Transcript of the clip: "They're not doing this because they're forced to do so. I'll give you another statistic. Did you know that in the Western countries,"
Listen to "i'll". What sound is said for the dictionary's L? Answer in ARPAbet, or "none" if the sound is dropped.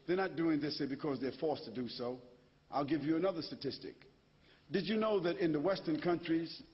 L